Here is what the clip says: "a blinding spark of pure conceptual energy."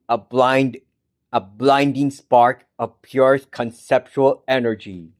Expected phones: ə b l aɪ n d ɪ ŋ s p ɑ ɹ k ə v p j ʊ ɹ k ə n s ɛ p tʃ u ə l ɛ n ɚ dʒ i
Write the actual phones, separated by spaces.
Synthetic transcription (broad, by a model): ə b l aɪ n d ɪ ŋ s p ɑ ɹ k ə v p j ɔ ɹ k ə n s ɛ p tʃ u ə l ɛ n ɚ dʒ i